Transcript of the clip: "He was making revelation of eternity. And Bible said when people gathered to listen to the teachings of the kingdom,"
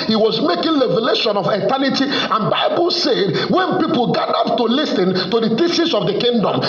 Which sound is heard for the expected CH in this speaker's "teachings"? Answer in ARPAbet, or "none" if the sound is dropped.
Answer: S